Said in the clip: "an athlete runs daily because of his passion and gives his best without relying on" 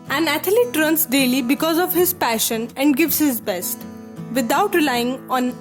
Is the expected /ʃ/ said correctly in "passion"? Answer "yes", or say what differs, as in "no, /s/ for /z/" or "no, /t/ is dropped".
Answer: yes